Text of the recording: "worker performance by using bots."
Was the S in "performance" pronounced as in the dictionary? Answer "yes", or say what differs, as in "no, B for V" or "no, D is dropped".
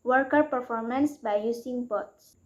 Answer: yes